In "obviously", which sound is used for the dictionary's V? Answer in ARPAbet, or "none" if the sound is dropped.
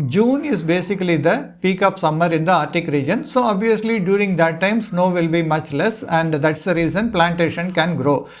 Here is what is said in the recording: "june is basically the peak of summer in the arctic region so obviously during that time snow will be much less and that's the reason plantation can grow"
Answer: V